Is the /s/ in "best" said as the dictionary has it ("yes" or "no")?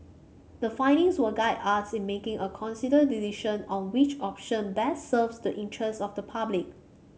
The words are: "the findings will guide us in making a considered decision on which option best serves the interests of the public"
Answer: no